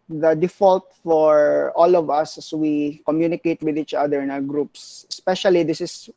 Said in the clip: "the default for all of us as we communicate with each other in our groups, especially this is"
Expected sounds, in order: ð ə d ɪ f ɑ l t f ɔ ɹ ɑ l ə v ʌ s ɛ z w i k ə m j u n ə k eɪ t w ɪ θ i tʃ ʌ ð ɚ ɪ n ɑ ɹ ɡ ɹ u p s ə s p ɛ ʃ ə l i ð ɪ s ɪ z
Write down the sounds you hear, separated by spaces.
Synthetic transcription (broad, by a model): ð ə d ɪ f ɑ l t f ɔ ɹ ɑ l ə v ʌ s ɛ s w i k ə m j u n ə k eɪ t w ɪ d i tʃ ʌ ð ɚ ɪ n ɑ w ɡ ɹ u p s ə s p ɛ ʃ ə l i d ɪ s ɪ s